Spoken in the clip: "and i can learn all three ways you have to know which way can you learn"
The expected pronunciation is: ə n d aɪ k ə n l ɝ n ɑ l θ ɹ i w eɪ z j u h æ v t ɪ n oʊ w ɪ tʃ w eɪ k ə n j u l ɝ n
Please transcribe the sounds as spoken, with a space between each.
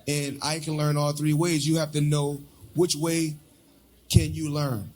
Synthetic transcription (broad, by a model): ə n aɪ k ə n l ɝ n ɑ l θ ɹ i w eɪ z j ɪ h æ f t ɪ n oʊ w ɪ tʃ w eɪ k ə n j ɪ l ɝ n